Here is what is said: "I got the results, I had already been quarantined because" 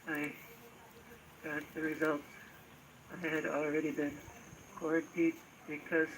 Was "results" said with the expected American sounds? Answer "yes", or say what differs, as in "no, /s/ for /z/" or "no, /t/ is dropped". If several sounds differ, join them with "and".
no, /s/ is dropped